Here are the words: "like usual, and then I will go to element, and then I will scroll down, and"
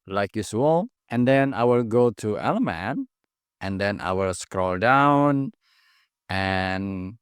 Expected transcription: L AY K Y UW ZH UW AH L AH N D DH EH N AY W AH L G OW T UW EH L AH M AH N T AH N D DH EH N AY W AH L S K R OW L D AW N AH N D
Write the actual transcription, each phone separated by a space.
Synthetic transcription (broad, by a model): L AY K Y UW S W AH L AH N D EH N AY W AH L G OW T UW EH L AH M AH N T AH N D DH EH N AY W AH L S K R OW L D AW N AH N